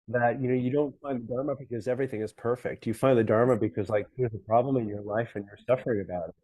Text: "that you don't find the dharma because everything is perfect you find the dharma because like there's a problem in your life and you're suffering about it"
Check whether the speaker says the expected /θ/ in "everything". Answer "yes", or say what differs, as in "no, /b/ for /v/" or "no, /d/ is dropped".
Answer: yes